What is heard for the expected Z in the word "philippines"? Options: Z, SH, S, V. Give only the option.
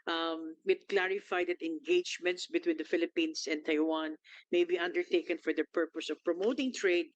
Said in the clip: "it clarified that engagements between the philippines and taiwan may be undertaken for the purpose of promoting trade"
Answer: S